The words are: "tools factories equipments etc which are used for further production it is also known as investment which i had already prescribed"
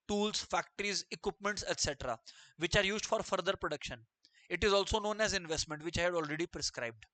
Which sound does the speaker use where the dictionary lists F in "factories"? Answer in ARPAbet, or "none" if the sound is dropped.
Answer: F